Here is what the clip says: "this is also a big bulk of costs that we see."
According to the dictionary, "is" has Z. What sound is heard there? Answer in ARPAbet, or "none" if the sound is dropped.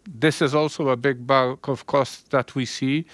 Z